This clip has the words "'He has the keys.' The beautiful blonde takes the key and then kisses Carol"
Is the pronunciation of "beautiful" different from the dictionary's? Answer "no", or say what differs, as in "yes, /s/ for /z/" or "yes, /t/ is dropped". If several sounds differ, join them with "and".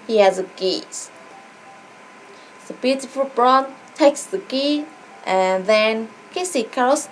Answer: no